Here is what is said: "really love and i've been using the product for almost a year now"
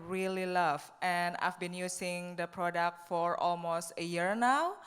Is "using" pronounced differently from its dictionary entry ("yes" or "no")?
yes